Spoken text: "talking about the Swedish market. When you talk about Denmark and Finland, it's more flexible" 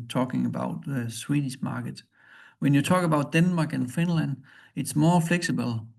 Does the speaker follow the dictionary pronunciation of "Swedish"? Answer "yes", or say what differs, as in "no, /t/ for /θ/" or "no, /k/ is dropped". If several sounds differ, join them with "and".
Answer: no, /s/ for /ʃ/